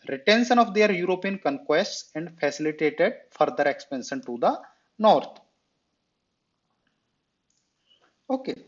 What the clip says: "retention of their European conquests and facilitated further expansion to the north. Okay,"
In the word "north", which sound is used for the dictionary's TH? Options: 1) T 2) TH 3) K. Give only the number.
1